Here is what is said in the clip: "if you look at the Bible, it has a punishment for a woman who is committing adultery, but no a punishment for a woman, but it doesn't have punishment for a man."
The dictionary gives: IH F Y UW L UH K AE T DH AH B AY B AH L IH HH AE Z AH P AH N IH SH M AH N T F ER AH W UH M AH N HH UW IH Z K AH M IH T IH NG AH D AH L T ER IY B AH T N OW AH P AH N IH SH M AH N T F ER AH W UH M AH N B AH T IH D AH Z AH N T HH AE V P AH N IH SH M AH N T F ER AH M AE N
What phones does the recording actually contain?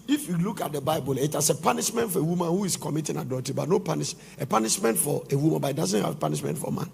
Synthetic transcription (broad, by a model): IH F Y UW L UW K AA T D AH B AY B AH L IH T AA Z AH P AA N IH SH M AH N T F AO AH W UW M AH N HH UW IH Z K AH M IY T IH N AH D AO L T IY B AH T N OW AH P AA N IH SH M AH N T F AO AH W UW M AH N B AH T IH D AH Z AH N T HH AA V P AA N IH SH M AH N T F AH M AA N